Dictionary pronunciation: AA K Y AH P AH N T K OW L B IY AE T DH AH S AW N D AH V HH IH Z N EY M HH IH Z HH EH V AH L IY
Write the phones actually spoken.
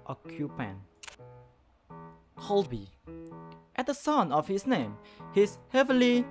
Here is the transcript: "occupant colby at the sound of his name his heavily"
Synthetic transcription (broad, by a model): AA K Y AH P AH N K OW L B IY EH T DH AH S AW N AH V HH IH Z N EY M HH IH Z HH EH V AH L IY